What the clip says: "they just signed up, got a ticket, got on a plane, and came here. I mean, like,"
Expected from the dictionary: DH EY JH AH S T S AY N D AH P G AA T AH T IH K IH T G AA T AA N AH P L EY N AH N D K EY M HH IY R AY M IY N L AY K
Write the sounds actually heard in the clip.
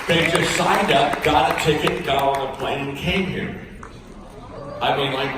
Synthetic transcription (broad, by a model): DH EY JH AH S T S AY N D AH P G AA T AH T IH K IH T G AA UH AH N AH P L EY N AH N K EY M HH IY R AY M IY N L AY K